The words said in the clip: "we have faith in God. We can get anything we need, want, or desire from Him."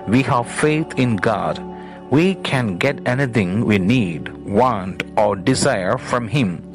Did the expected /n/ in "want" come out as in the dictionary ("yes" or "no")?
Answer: yes